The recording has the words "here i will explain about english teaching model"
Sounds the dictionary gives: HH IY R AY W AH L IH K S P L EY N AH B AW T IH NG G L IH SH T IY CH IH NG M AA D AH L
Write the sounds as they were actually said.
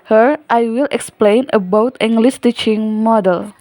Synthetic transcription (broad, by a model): HH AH R AY W AH L IH K S P L EY N AH B AW T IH NG G L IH S T IY CH IH NG M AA D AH L